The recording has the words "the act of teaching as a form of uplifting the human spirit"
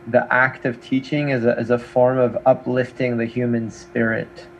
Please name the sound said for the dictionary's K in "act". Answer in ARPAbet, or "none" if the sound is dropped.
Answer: K